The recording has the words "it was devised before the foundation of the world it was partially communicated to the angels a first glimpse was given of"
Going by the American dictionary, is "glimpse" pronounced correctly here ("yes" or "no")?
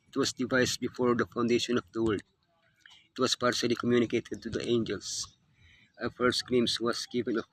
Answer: no